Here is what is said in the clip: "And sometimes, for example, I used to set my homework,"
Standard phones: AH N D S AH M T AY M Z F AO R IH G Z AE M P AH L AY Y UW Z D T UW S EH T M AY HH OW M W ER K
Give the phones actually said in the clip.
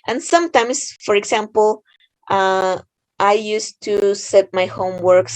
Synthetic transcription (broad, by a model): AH N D S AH M T AY M S F AO R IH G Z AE M P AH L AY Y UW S T UW S EH T M AY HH OW M W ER K